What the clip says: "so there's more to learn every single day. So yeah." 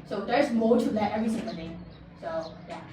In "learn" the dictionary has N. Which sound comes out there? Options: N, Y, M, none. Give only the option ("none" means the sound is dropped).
none